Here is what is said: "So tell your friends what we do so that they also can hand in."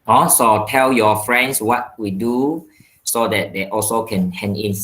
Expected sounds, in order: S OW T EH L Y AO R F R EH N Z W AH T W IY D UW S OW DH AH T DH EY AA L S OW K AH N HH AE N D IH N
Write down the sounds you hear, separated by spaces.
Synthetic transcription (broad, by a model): S OW T EH L Y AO F R EH N S W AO T W IY D UW S OW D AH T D EY AA L S OW K AH N HH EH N IH N